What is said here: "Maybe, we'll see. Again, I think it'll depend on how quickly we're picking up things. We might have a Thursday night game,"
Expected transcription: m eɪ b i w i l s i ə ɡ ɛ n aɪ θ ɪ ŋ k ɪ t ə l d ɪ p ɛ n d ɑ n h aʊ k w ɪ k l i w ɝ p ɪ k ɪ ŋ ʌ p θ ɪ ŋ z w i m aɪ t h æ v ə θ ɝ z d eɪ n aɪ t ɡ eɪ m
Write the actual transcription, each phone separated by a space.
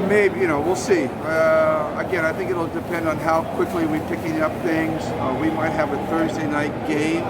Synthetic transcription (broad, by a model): m eɪ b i w i l s i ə ɡ ɛ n aɪ θ ɪ ŋ k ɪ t l d ɪ p ɛ n d n h aʊ k w ɪ k l i w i p ɪ k ɪ ŋ ʌ p θ ɪ ŋ z w i m aɪ t h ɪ v ə θ ɝ z d eɪ n aɪ t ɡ eɪ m